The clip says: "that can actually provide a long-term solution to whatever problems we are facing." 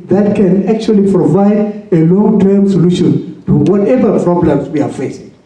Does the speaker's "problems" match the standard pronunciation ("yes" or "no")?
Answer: no